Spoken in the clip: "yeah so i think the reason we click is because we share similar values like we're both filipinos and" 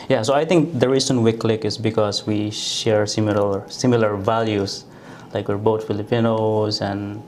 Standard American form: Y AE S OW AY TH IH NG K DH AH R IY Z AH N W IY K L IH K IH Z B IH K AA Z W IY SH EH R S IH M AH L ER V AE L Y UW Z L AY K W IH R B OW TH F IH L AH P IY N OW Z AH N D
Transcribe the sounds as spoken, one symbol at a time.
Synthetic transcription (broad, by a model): Y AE S OW AY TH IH NG K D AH R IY S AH N W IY K L IH K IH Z B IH K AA S W IY SH EH R S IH M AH L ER V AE L Y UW S L AY K W IH R B OW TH F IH L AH P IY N OW S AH N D